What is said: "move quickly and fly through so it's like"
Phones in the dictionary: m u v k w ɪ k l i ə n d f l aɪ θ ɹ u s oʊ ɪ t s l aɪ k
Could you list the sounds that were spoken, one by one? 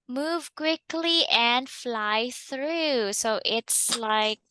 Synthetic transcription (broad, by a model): m u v k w ɪ k l i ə n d f l aɪ θ ɹ u s oʊ ɪ t s l aɪ k